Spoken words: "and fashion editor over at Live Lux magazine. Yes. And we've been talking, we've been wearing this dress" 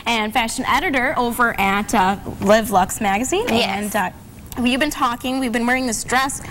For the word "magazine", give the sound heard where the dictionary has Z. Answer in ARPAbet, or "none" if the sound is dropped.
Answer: Z